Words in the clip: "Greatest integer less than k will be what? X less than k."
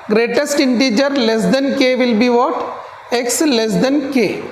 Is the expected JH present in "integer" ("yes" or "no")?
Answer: yes